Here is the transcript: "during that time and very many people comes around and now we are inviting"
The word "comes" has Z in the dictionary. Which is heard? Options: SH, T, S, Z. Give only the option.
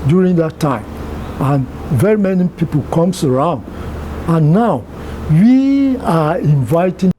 S